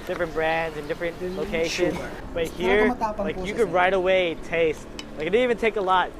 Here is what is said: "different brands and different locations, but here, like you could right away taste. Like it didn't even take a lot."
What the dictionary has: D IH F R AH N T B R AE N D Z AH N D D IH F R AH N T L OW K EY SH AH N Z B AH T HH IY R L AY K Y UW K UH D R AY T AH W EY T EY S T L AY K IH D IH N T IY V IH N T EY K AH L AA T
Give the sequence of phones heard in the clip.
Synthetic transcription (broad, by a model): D IH F R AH N B R AE N D Z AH N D D IH F R AH N T L OW K EY SH AH N Z B AH T HH IY R L AY K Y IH K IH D R AY T AH W EY T EY S T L AY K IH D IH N IY V IH N T EY K AH L AA T